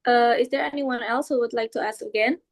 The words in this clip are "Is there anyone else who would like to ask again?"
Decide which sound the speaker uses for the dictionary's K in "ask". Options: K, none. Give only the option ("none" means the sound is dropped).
K